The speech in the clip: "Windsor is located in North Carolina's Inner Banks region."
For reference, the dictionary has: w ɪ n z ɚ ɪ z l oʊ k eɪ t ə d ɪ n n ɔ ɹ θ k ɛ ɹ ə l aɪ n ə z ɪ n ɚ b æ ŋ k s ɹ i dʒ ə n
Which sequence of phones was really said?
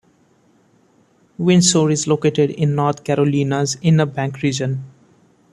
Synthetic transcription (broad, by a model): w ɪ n s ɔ ɪ z l oʊ k eɪ t ə d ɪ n n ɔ ɹ t k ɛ ɹ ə l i n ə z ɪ n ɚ b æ ŋ k ɹ i dʒ ə n